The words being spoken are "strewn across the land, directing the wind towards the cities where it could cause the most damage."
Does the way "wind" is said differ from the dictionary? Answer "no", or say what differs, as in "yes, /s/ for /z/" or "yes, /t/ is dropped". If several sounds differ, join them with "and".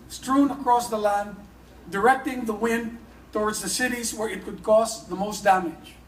no